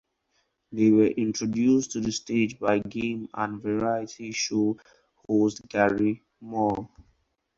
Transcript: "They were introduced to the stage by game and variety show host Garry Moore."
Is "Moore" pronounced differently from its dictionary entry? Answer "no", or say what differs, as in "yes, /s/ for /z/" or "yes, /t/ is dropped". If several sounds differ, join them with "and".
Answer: yes, /l/ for /ɹ/